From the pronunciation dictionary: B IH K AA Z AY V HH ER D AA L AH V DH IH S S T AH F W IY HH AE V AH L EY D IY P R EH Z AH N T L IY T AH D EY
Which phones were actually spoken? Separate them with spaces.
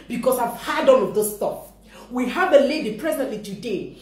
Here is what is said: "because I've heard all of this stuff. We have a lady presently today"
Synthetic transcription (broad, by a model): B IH K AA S AY V HH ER D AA N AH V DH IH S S T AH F W IY HH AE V AH L EY D IY P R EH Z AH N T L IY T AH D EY